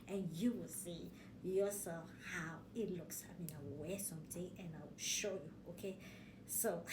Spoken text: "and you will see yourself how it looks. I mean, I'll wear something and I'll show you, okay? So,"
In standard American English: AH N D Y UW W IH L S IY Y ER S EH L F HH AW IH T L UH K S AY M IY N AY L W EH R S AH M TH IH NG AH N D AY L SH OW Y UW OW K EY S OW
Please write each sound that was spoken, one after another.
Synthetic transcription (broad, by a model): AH N Y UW W IH L S IY Y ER S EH L F HH AW IH T L UH K S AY M IY N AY W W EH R S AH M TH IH NG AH N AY W SH OW Y UW OW K EY S OW